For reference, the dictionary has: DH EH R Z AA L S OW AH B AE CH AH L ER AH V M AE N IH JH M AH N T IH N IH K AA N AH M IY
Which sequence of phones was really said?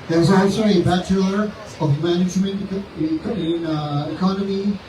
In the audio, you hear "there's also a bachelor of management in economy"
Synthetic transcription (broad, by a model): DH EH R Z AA S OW AH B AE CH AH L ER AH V M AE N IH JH M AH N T IH N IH K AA N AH M IY